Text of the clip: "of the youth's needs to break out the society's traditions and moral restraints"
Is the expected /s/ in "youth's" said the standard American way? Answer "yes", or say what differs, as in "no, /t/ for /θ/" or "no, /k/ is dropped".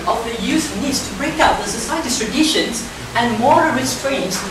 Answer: no, /s/ is dropped